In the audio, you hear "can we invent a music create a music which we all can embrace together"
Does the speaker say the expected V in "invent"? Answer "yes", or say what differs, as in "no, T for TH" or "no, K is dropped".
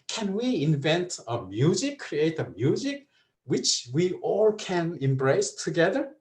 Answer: yes